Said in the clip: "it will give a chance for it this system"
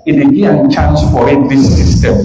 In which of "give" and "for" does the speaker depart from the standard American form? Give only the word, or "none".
give